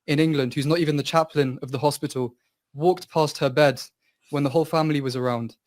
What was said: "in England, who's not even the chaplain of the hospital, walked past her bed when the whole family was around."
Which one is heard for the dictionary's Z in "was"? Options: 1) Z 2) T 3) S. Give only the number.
1